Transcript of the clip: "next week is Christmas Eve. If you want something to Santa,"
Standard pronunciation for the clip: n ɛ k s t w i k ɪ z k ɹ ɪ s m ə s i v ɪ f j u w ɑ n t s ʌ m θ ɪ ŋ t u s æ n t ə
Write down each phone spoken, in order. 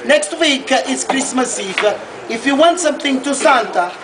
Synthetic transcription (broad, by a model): n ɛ k s t w i k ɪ s k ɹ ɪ s m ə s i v ɪ f j u w ɑ n t s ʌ m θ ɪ ŋ t u s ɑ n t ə